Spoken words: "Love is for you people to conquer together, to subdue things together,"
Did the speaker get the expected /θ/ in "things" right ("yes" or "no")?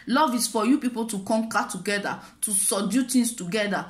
no